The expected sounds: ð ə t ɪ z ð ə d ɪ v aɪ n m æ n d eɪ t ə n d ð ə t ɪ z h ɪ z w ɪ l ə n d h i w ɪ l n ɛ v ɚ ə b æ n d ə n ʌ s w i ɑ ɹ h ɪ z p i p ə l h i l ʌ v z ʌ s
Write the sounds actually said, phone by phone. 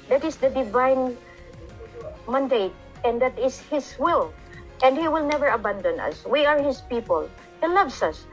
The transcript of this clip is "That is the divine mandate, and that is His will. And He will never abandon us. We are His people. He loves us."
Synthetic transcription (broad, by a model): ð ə t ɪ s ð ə d ɪ v aɪ n m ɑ n d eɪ t ə n d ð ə t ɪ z h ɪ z w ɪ l ə n d h i w ɪ l n ɛ v ɚ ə b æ n d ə n ʌ s w i ɑ ɹ h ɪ s p i p ə l h i l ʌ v s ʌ s